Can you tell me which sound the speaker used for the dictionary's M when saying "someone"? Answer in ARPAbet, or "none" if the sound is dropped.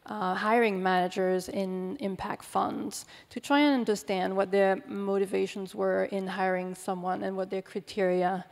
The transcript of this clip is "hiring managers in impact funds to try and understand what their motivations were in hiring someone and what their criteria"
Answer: M